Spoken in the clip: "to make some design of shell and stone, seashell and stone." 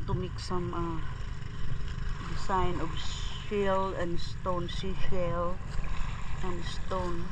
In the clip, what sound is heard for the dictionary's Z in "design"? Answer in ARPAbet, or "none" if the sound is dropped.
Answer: S